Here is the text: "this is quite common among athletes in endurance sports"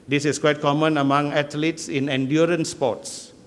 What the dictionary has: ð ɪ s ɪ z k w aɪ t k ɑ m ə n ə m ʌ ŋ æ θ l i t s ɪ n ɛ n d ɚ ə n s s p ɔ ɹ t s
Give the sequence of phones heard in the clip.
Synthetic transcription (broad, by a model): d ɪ s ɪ s k w aɪ t k ɑ m ə n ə m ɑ ŋ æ t l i t s ɪ n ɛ n d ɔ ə n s s p ɔ t s